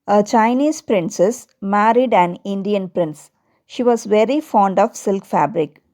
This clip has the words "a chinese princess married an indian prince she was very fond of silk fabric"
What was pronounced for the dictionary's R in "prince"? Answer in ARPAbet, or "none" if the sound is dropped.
R